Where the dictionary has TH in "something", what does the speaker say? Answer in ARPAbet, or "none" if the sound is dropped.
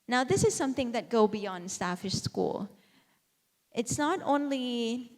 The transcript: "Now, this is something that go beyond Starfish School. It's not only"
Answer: TH